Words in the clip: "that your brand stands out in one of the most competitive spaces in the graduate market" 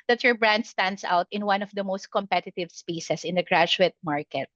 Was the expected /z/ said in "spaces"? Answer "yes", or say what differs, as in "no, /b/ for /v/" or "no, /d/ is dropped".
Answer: no, /s/ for /z/